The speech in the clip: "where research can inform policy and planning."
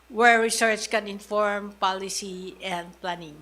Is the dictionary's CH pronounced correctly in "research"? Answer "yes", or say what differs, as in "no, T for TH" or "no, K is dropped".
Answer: no, S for CH